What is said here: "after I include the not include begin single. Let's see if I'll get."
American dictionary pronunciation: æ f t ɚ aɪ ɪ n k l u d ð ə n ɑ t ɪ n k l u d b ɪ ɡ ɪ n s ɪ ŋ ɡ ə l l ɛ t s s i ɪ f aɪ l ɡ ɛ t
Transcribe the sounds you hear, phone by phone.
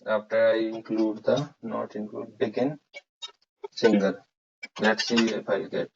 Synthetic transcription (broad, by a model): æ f t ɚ aɪ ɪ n k l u d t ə n ɑ t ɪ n k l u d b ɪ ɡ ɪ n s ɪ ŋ ɡ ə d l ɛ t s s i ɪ p aɪ l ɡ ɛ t